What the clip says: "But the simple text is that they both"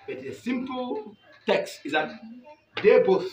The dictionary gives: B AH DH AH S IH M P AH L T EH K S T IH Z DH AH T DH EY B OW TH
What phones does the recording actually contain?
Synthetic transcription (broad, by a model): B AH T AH S IH M P AH L T EH K S T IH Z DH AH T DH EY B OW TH